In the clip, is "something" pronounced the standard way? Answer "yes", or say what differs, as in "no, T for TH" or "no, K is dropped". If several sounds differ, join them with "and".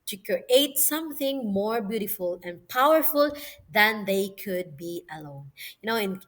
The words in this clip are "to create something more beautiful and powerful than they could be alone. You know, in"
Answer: yes